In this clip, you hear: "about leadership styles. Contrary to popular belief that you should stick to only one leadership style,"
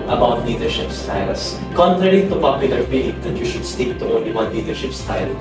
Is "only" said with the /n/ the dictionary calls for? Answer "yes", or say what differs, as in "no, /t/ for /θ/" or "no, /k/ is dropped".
no, /n/ is dropped